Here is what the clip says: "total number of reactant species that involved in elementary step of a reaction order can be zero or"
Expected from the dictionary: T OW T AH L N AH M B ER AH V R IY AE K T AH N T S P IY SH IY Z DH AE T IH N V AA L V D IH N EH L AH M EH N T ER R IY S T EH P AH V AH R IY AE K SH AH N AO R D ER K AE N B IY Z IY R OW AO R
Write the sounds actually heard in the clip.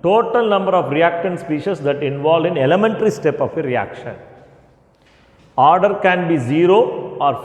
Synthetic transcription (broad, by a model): T OW T AH L N AH M B ER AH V R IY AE K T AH N S P IY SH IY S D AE T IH N V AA L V IH N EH L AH M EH N T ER R IY S T EH P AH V AH R IY AE K SH AH N AO R D ER K AE N B IY Z IY R OW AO R